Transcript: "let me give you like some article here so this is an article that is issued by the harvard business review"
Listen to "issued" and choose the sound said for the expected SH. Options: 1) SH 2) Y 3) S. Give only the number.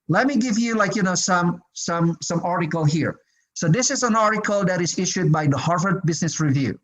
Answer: 1